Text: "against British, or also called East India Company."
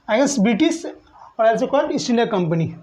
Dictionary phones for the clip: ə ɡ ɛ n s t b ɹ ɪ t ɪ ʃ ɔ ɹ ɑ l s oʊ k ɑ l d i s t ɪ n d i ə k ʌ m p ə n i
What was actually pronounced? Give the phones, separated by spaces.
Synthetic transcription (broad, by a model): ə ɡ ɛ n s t b ɹ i t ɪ s ɔ ɹ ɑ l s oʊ k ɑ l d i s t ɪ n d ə k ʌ m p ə n i